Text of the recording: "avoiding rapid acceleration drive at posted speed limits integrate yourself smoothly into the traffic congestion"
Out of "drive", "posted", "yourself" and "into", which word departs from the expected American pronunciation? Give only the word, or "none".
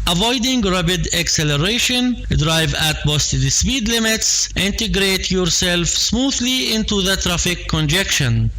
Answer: posted